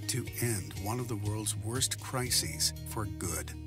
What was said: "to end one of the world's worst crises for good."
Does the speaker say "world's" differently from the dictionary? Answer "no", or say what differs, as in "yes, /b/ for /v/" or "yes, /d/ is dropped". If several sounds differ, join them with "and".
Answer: no